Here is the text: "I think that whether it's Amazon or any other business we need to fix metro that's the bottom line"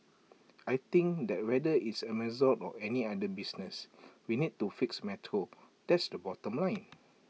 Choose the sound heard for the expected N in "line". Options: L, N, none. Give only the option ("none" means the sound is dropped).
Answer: N